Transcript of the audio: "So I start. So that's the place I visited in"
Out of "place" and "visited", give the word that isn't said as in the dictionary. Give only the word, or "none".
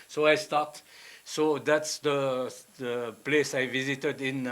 none